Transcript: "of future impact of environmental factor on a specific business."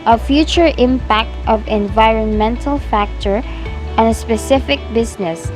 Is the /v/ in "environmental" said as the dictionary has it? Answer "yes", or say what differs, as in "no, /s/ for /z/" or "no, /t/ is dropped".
yes